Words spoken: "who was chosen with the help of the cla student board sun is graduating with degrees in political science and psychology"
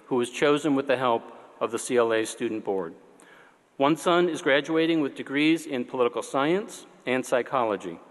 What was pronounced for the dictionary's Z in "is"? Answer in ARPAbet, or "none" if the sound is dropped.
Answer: Z